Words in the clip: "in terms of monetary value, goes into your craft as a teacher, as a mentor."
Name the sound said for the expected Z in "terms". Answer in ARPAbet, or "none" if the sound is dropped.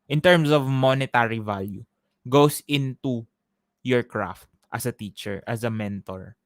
S